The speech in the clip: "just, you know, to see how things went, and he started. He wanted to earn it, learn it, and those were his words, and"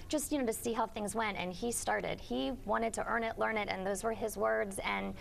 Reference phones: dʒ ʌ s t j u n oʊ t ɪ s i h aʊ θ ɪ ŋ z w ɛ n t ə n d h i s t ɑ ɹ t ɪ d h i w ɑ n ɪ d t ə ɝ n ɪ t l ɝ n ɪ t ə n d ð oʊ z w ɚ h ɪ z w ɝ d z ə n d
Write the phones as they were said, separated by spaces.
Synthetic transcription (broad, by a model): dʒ ʌ s t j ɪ n oʊ t ɪ s i h aʊ θ ɪ ŋ z w ɛ n t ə n i s t ɑ ɹ t ɪ d h i w ɑ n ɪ d t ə ɝ n ɪ t l ɝ n ɪ t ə n ð oʊ z w ɚ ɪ z w ɝ d z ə n